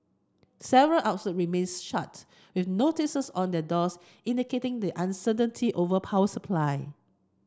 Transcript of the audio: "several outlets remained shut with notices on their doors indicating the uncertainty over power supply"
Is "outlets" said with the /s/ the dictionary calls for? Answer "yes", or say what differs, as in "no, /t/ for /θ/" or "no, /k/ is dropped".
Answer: no, /s/ is dropped